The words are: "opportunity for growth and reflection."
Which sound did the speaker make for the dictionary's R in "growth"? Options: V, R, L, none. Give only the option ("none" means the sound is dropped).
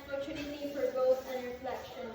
none